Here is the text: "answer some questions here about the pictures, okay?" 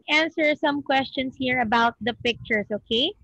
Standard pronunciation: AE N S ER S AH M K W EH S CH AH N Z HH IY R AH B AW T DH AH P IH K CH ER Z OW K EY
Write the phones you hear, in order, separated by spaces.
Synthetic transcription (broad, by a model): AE N S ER S AH M K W EH S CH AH N S HH IY R AH B AW T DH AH P IH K CH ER S OW K EY